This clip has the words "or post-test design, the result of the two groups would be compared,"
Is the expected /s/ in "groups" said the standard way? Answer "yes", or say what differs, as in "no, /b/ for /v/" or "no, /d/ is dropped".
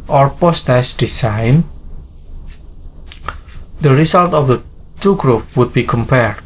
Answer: no, /s/ is dropped